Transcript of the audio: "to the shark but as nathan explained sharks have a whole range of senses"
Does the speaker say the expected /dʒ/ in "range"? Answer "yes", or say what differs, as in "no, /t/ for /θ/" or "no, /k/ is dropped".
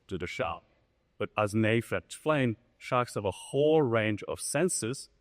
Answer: yes